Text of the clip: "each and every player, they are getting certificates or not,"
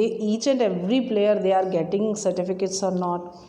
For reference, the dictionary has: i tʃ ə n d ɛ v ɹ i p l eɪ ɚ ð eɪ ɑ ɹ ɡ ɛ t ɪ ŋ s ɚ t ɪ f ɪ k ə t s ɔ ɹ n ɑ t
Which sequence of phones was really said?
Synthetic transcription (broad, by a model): i tʃ ə n d ɛ v ɹ i p l eɪ ɚ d eɪ ɑ ɹ ɡ ɛ t ɪ ŋ s ɚ t ɪ f ɪ k ə t s ɔ ɹ n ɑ t